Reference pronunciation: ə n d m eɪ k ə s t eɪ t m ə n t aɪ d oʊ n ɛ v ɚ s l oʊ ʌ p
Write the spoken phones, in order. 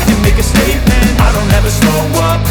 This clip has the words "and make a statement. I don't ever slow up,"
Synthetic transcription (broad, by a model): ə m eɪ k ə s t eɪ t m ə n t aɪ d oʊ n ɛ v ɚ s n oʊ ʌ